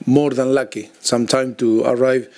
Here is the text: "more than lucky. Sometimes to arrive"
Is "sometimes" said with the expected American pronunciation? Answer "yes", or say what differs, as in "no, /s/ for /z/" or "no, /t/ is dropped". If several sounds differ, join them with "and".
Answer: no, /z/ is dropped